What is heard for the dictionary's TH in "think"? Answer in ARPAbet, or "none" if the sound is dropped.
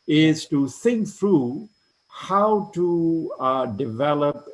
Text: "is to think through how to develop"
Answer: S